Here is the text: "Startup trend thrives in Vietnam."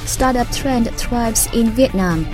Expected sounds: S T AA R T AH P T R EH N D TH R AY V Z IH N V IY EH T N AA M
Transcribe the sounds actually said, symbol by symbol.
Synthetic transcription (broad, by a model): S T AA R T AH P T R EH N D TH R AY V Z IH N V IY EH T N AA M